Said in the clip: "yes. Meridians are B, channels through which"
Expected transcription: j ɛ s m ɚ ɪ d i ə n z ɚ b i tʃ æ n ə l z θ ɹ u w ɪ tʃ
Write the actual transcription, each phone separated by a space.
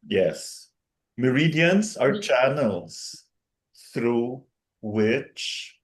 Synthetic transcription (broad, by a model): j ɛ s m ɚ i d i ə n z ɚ tʃ æ n ə l z θ ɹ u w ɪ tʃ